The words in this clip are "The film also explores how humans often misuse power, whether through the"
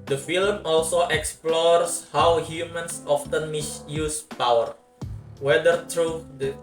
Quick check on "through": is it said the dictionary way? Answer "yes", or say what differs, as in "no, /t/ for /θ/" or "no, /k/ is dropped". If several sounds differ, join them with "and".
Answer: no, /t/ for /θ/